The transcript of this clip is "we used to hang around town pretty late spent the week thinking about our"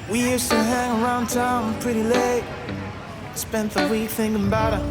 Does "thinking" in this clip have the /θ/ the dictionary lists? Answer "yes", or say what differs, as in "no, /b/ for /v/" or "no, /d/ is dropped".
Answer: yes